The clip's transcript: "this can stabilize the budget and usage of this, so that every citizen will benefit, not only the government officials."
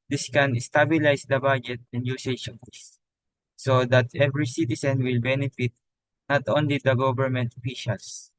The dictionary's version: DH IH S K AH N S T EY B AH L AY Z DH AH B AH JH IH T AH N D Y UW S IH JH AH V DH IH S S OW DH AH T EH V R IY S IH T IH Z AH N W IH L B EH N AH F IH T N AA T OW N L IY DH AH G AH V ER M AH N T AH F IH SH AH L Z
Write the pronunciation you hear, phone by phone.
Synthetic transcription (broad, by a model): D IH S K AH N S T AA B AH L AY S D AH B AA JH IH T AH N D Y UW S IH SH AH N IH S S OW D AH T EH V R IY S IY T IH S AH N W IH L B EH N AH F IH T N AA T OW N L IY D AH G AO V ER M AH N T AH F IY SH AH L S